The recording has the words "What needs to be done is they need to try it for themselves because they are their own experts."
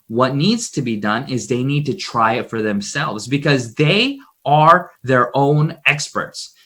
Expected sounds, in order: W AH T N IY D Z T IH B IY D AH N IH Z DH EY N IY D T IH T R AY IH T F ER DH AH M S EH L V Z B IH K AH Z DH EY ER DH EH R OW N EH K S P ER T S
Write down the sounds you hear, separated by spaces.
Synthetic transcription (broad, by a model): W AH T N IY D Z T IH B IY D AH N IH Z DH EY N IY D T IH T R AY IH T F ER DH AH M S EH L V Z B IH K AH Z DH EY ER DH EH R OW N EH K S P ER T S